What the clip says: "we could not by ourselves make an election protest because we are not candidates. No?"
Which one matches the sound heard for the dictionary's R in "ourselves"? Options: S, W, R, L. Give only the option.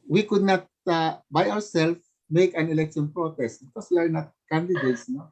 W